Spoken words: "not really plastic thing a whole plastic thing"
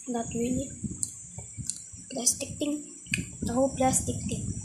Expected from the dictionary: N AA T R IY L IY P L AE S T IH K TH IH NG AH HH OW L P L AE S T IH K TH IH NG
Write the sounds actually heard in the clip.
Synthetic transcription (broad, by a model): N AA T W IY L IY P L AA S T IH K T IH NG AH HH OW W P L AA S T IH K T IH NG